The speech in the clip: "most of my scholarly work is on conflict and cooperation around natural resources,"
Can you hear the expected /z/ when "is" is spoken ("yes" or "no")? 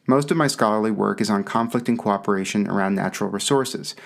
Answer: yes